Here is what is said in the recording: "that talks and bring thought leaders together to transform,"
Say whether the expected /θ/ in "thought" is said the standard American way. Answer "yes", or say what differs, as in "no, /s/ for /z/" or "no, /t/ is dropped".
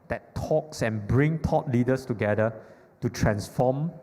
no, /t/ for /θ/